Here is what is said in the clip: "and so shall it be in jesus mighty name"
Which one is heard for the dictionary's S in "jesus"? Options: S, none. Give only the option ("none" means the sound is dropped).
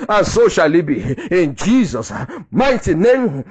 S